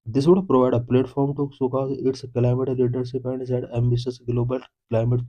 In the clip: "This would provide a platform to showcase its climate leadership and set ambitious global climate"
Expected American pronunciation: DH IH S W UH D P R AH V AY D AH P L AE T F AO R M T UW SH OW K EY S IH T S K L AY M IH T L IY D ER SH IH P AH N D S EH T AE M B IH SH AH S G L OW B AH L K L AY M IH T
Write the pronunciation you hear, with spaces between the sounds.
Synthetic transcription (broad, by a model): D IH S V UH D P R AH V AY D AH P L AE T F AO R M T UW S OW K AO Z IH T S K L AY M IH T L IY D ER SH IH P AH N D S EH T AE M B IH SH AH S G L OW B AH L K L AY M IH T